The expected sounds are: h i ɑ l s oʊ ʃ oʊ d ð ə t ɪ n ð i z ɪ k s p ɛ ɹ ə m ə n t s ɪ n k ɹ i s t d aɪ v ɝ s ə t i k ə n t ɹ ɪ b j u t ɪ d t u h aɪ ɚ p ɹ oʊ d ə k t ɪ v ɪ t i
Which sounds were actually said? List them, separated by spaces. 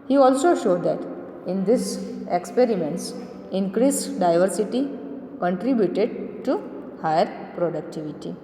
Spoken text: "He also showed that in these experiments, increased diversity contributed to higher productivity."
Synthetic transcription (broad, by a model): h i ɑ l s oʊ ʃ oʊ d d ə t ɪ n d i s ɪ k s p ɛ ɹ ə m ə n t s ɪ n k ɹ i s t d aɪ v ɝ s ə t i k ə n t ɹ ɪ b j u t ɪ d t u h aɪ ɚ p ɹ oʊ d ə k t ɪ v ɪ t i